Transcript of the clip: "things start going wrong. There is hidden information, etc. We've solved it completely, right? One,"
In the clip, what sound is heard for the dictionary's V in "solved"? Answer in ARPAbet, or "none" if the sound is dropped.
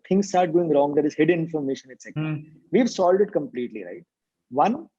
none